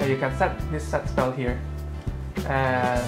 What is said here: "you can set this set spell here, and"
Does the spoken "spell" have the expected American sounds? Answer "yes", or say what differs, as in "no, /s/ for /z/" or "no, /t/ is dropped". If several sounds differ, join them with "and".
yes